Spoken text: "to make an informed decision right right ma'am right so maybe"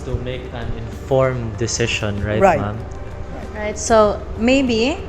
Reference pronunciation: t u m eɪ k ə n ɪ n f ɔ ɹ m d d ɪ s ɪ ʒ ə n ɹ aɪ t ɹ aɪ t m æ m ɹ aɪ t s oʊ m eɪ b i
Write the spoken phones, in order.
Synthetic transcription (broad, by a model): t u m eɪ k ə n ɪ n f ɔ ɹ m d d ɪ s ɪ ʃ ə n ɹ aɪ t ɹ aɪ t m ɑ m ɹ aɪ t s oʊ m eɪ b i